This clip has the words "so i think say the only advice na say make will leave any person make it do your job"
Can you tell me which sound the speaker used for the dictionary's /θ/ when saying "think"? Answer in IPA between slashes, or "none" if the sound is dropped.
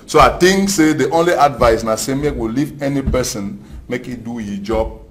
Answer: /t/